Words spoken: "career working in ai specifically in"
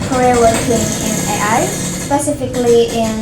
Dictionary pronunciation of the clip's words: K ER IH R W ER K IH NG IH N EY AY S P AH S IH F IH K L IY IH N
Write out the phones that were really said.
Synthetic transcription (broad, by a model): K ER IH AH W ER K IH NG IH N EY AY S P AH S IH F IH K L IY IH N